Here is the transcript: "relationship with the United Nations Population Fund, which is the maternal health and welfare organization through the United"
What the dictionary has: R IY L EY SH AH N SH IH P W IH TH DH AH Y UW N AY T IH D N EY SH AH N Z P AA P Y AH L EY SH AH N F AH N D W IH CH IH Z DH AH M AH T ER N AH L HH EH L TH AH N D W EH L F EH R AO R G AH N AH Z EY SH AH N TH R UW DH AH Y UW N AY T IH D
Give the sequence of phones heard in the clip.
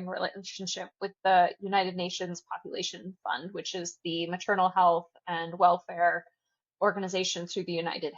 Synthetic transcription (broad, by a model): R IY L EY SH N SH IH P W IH DH AH Y UW N AY T IH D N EY SH AH N Z P AA P Y AH L EY SH AH N F AH N D W IH CH IH Z DH AH M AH T ER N L HH EH L TH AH N W EH L F EH R AO R G AH N AH Z EY SH AH N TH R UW DH AH Y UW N AY T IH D